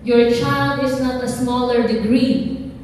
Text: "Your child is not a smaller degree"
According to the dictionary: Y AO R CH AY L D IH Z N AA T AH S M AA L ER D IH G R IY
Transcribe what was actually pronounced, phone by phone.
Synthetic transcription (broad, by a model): Y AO R CH AY L D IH S N AA T AH S M AA L ER D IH G R IY